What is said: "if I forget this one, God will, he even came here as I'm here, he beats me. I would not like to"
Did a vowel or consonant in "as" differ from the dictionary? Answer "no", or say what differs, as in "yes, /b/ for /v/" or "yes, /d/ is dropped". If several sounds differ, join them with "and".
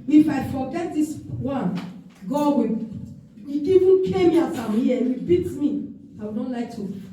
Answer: yes, /s/ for /z/